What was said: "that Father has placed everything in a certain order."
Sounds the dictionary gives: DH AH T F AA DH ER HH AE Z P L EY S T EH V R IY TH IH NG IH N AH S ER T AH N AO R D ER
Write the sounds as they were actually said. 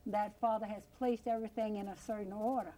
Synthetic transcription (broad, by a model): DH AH T F AA DH ER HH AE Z P L EY S T EH V R IY TH IH NG IH N AH S ER T N AO R D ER